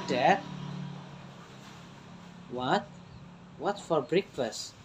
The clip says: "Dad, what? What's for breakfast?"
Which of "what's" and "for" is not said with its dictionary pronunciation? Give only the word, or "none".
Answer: what's